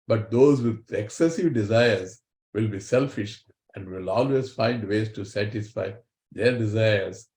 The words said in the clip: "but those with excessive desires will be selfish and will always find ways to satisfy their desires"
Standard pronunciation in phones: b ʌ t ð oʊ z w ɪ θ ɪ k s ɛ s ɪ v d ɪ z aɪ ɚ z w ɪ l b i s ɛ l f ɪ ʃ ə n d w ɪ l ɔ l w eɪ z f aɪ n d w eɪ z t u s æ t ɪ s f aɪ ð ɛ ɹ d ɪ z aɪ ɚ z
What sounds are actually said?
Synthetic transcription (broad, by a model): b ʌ t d oʊ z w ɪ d ɪ k s ɛ s ɪ v d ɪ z aɪ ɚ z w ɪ l b i s ɛ l f ɪ ʃ ə n d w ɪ l ɔ l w eɪ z f aɪ n d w eɪ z t u s æ t ɪ s f aɪ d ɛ ɹ d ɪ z aɪ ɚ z